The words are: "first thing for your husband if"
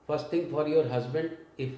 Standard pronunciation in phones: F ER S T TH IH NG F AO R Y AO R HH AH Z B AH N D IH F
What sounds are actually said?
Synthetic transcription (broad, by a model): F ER S T T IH NG F AO R Y AO R HH AH Z B AH N D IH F